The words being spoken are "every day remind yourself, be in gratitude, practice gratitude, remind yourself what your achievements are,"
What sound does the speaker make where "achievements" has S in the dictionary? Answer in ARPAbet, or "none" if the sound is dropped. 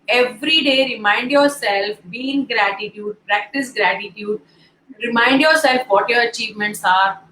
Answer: S